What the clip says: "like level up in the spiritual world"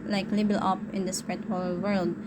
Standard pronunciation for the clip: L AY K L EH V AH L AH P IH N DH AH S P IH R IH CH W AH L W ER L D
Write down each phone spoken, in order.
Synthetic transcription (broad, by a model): L AY K L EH B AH L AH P IH N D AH S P R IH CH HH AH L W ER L D